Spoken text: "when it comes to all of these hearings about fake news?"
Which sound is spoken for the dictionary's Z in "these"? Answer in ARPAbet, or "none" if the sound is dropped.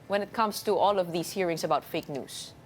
S